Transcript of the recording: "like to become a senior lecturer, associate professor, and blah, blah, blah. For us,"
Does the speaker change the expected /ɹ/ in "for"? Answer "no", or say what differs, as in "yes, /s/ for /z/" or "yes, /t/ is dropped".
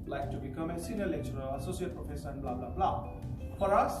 no